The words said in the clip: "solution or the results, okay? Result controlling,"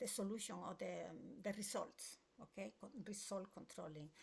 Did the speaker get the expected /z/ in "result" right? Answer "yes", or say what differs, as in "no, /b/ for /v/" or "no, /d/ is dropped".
no, /s/ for /z/